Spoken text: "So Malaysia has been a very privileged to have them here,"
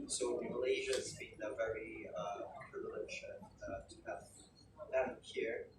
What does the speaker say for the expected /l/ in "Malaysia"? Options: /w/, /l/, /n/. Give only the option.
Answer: /l/